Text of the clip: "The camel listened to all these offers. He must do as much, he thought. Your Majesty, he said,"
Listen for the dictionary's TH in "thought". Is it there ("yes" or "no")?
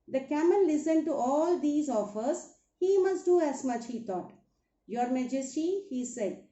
no